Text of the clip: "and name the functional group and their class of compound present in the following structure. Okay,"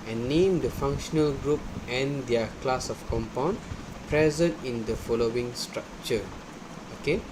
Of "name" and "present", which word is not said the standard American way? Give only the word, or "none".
none